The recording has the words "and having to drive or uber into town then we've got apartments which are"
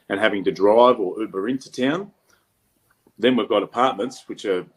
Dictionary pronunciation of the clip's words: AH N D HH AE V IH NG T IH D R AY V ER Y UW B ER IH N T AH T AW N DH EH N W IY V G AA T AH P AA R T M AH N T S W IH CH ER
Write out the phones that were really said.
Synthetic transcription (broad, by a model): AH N HH AE V IH NG T IH D R AY V ER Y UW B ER IH N T AH T AW N DH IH N W IY V G AA T AH P AA R T M AH N T S W IH CH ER